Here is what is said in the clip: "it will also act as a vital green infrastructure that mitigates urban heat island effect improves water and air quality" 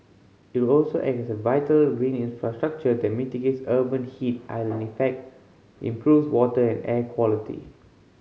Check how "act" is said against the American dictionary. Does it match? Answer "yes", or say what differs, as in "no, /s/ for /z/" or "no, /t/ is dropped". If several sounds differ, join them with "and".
no, /t/ is dropped